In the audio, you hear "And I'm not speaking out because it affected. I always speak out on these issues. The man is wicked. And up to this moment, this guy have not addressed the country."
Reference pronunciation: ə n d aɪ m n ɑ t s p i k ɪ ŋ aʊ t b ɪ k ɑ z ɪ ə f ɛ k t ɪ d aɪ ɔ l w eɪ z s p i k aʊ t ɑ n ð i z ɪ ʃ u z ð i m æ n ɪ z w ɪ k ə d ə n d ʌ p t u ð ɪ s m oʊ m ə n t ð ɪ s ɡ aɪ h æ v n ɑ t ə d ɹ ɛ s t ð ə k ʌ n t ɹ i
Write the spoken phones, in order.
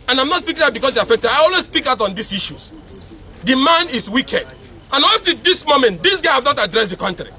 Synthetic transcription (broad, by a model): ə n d aɪ m n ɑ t s p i k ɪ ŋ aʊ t b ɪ k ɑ s ɪ ə f ɛ k t ɪ d aɪ ɔ l w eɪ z s p i k aʊ t ɑ n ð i s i ʃ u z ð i m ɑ n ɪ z w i k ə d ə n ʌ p t u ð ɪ s m oʊ m ə n t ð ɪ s ɡ aɪ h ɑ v n ɑ t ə d ɹ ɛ s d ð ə k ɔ n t ɹ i